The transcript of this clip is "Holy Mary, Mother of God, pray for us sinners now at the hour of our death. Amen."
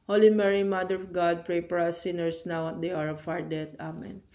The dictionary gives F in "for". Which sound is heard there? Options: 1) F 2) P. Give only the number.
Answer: 2